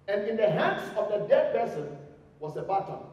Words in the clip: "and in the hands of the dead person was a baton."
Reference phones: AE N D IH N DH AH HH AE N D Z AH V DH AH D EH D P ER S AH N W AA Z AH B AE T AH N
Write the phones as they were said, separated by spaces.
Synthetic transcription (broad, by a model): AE N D IH N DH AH HH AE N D S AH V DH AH D EH D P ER S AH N W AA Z AH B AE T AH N